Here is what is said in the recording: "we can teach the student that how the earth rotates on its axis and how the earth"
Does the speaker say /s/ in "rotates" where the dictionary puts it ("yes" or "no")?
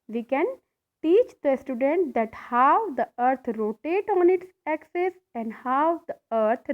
no